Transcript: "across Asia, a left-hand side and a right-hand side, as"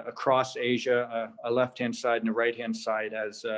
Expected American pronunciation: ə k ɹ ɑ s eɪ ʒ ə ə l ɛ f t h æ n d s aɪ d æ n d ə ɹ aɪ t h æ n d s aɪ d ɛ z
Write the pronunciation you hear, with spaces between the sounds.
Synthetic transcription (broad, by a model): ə k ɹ ɑ s eɪ ʒ ə ə l ɛ f t h æ n d s aɪ d n ə ɹ aɪ t h æ n d s aɪ d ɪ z